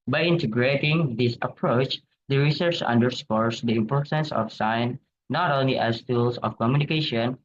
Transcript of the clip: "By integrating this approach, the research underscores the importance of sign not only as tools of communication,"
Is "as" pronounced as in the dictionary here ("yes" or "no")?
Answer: no